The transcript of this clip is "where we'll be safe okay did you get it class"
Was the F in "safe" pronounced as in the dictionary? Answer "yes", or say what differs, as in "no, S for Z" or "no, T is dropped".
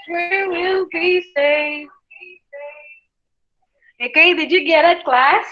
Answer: no, F is dropped